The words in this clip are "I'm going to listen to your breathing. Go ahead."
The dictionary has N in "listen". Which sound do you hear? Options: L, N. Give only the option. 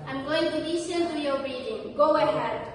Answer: L